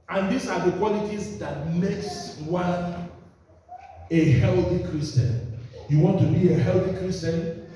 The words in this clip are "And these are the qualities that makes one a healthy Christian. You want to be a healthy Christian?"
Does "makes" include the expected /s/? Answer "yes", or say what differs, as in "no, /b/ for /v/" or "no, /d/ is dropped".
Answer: yes